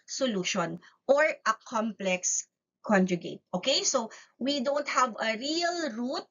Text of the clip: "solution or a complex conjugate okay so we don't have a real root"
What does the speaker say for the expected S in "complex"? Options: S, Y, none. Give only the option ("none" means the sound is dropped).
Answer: S